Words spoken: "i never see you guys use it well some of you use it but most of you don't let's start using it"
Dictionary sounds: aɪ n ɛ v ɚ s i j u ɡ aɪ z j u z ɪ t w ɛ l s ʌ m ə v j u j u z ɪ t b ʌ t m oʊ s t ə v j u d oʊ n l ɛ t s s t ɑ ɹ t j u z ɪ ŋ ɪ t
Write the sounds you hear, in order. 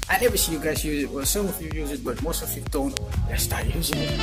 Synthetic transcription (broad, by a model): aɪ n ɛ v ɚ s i j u ɡ aɪ z j u z ɪ t w ɛ l s ʌ m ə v j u j u z ɪ t b ʌ t m oʊ s t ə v j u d oʊ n w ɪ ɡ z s t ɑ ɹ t j u z ɪ ŋ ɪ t